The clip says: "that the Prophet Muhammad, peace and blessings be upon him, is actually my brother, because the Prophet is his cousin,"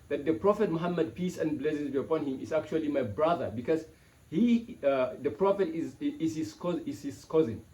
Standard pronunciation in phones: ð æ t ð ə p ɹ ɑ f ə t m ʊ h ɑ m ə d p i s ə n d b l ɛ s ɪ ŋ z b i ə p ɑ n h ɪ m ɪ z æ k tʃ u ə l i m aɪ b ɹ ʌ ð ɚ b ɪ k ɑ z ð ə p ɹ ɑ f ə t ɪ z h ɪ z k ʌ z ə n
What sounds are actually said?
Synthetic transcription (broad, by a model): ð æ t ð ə p ɹ ɑ f ə t m ʊ h ɑ m ə d p i s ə n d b l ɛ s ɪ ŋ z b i ə p ɑ n h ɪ m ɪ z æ k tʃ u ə l i m aɪ b ɹ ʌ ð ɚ b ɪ k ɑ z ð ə p ɹ ɑ f ə t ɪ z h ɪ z k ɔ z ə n